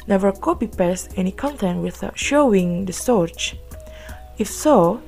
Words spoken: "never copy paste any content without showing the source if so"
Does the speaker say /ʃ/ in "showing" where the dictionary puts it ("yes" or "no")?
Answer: yes